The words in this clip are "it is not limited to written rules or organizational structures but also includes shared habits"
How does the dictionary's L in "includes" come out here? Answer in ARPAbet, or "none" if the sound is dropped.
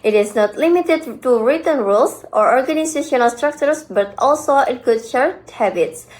none